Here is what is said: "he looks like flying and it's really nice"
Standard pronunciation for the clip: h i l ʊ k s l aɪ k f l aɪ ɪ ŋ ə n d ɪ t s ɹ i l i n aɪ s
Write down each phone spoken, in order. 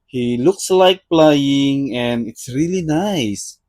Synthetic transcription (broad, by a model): h i l ʊ k s l aɪ k p l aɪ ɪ ŋ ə n ɪ t s ɹ i l i n aɪ s